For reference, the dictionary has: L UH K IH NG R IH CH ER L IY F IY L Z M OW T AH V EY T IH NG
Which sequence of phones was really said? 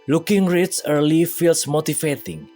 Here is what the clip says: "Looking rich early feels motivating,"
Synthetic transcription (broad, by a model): L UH K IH NG R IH S ER L IY F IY L S M OW T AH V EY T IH NG